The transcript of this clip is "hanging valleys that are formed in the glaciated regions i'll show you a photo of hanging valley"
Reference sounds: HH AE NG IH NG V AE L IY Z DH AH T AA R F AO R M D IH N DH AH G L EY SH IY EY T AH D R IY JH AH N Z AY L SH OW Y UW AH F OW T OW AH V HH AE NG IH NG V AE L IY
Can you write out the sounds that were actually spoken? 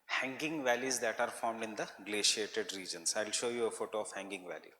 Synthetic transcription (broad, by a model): HH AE NG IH NG V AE L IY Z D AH T AA R F AO R M D IH N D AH G L EY SH IY EY T AH D R IY JH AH N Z AY L SH OW Y UW AH F OW T OW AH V HH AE NG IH NG V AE L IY